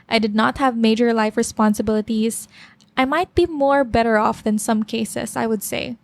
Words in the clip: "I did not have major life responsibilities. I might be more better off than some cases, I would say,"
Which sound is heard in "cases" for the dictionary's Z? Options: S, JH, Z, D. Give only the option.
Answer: S